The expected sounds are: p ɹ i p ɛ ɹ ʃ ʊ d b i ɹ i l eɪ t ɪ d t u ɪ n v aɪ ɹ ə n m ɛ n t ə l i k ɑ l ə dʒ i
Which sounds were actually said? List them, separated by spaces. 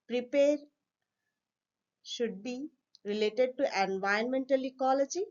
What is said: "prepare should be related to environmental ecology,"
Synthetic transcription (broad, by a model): p ɹ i p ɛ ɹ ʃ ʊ d b i ɹ i l eɪ t ɪ d t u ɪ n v aɪ ə n m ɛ n t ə l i k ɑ l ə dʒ i